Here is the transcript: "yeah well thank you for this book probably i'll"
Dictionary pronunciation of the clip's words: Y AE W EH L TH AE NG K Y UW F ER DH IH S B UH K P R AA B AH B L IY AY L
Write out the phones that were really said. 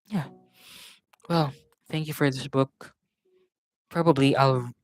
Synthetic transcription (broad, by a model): Y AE W EH L TH AE NG K Y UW F ER DH IH S B UH K P R AA B AH B L IY AY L